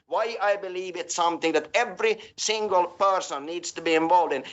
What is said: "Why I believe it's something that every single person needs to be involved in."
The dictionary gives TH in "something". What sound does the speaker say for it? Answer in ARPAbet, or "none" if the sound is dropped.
TH